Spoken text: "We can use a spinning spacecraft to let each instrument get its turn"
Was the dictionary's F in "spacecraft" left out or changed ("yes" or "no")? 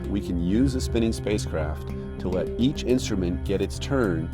no